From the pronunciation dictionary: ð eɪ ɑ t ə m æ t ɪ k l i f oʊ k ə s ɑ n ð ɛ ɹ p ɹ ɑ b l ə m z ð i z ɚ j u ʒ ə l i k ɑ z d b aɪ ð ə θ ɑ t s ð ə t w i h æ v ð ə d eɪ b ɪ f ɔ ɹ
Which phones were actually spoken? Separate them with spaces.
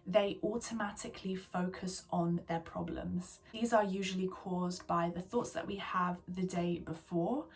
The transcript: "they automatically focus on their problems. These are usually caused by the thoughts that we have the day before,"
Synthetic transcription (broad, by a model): ð eɪ ɑ t ə m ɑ t ɪ k l i f oʊ k ə s n ð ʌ p ɹ ɑ b l ə m z ð i z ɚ j u ʒ ə l i k ɑ z b aɪ ð ə θ ɑ t s ð ə t w i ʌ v ð ə d eɪ b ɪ f ɔ